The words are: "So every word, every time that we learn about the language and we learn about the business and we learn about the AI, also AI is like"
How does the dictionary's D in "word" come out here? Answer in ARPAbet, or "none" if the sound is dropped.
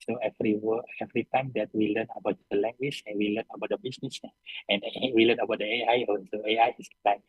none